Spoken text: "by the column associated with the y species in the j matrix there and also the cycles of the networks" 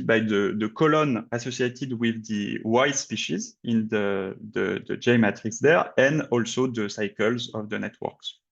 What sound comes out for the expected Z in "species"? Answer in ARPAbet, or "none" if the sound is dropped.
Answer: Z